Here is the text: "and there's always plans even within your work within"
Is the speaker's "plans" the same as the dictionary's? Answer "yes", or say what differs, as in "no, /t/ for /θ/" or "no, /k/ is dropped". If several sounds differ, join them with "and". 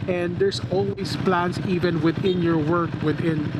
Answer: no, /s/ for /z/